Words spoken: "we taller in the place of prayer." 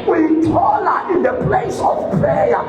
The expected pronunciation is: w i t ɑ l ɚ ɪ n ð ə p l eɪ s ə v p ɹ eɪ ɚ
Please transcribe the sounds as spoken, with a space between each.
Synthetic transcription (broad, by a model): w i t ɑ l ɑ ɪ n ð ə p l eɪ s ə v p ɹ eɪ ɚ